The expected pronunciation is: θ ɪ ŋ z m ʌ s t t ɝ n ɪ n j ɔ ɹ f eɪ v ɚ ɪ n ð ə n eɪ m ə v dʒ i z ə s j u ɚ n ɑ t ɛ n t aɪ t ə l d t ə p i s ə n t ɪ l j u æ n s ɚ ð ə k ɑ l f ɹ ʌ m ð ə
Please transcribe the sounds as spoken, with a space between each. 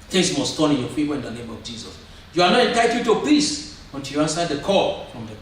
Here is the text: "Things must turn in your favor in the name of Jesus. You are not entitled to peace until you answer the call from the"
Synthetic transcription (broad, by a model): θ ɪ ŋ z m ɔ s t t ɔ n ɪ n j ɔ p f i p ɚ ɪ n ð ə n eɪ m ə v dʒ i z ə s j u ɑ n ɑ t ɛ n t aɪ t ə d t ə p i s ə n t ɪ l j u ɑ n s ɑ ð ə k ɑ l f ɹ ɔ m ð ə